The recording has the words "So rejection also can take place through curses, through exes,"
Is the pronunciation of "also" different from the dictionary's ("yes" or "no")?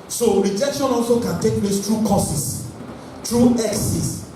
no